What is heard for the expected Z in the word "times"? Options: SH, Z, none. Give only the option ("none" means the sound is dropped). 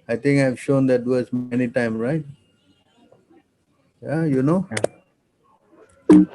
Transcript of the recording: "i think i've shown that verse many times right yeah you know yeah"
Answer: none